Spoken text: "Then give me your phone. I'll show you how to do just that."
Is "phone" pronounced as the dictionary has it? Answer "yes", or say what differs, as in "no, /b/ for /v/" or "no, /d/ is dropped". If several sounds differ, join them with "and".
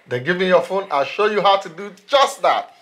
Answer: yes